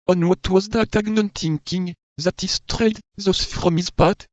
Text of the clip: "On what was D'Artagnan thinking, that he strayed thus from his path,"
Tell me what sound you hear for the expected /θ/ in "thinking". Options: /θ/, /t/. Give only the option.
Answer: /t/